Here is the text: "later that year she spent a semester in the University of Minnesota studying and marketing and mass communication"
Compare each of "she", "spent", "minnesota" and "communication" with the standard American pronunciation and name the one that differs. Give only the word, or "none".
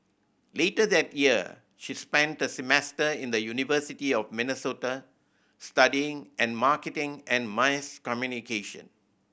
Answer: none